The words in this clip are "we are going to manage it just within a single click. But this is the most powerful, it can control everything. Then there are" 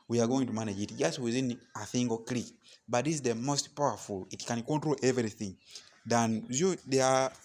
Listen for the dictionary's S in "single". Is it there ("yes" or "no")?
no